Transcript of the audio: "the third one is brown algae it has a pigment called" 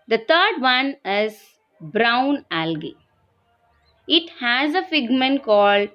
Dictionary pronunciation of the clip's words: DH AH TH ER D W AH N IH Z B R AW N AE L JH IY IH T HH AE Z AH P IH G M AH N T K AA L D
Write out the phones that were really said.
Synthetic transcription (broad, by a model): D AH T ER D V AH N IH Z B R AW N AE L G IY IH T HH AE Z AH F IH G M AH N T K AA L D